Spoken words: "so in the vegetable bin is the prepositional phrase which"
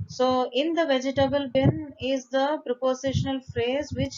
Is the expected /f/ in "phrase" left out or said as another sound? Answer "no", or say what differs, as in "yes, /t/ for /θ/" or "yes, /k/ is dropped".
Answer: no